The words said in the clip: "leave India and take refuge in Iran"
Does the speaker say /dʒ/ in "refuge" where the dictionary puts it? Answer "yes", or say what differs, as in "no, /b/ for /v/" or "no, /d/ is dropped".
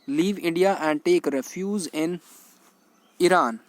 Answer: no, /z/ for /dʒ/